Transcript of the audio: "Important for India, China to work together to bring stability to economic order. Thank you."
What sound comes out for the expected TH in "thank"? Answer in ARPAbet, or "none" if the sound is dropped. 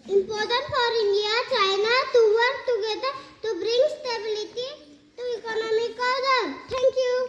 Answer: T